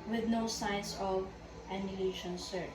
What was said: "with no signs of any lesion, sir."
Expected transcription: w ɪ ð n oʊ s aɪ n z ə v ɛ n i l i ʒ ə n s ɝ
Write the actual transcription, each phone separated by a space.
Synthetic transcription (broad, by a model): w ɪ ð n oʊ s aɪ n s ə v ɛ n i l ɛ ʃ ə n s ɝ